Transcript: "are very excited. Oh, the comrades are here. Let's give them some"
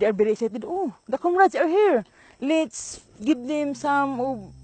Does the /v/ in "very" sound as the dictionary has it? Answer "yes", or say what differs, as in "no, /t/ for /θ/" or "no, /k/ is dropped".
no, /b/ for /v/